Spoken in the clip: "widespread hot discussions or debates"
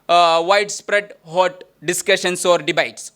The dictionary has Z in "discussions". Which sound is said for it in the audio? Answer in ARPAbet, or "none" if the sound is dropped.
S